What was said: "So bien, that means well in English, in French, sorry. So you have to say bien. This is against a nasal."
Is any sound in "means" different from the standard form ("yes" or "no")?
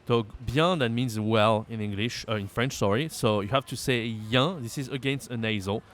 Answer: no